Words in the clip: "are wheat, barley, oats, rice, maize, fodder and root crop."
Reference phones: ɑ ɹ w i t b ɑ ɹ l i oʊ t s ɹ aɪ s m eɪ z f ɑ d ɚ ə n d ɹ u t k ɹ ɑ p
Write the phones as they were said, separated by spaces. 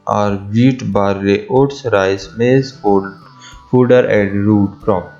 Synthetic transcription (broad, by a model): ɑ ɹ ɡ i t b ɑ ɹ i oʊ t s ɹ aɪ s m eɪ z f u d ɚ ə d ɹ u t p ɹ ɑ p